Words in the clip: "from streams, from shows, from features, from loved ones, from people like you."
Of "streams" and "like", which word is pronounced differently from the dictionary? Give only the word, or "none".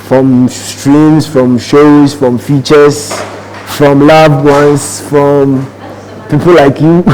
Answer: streams